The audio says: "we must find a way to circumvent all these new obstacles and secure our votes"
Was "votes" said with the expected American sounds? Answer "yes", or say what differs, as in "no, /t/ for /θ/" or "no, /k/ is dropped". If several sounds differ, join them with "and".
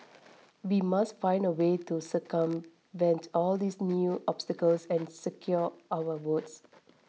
no, /w/ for /v/